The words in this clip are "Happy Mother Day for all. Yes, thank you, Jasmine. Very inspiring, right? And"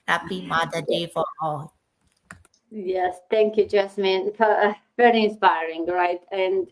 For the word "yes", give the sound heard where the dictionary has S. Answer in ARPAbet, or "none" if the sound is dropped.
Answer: S